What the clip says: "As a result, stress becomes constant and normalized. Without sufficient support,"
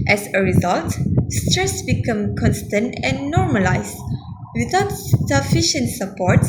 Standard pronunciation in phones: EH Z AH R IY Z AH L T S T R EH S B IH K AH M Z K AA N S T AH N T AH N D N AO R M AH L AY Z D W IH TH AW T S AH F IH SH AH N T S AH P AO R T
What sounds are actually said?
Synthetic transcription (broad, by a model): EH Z AH R IY Z AH L T S T R EH S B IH K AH M K AA N S T AH N T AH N N AO R M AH L AY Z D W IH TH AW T S AH F IH SH AH N T S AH P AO R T